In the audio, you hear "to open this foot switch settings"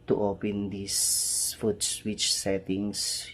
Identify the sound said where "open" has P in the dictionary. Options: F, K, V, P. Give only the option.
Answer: P